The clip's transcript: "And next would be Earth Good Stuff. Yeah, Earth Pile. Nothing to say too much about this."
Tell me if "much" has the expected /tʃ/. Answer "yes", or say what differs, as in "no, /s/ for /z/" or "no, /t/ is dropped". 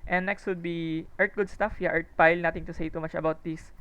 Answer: yes